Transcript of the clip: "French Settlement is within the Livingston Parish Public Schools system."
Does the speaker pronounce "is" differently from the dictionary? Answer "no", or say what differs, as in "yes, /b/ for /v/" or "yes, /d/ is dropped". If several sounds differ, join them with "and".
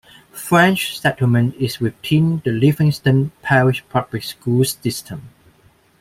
yes, /s/ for /z/